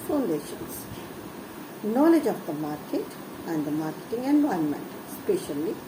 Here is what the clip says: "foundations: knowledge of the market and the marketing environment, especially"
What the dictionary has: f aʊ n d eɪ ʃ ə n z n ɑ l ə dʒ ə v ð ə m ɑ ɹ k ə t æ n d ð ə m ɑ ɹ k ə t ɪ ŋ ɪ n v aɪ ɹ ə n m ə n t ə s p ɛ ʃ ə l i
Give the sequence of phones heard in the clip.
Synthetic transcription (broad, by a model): f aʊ n d eɪ ʃ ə n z n ɑ l ə dʒ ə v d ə m ɑ ɹ k ə t æ n d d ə m ɑ ɹ k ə t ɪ ŋ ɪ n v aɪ ə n m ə n t s p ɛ ʃ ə l i